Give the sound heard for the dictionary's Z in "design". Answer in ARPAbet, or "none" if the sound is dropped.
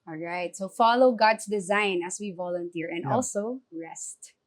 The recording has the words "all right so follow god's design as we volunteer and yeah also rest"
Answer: Z